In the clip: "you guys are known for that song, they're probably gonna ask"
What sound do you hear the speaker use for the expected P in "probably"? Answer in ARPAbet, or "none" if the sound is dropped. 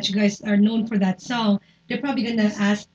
P